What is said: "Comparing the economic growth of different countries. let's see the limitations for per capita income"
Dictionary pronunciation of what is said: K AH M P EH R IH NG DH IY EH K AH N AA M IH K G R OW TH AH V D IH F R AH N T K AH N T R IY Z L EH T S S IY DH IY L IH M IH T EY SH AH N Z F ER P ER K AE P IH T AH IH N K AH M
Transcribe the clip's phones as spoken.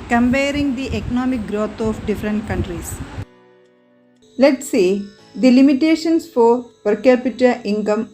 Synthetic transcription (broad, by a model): K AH M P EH R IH NG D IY EH K AH N AA M IH K G R OW T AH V D IH F R AH N T K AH N T R IY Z L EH T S S IY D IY L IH M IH T EY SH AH N S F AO P ER K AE P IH T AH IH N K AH M